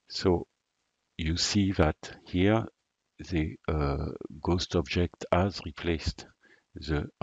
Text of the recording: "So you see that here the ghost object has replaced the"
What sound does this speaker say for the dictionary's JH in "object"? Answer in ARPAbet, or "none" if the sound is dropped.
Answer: JH